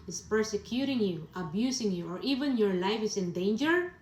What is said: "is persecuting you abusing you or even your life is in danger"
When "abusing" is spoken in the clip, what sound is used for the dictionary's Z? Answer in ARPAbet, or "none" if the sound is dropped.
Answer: S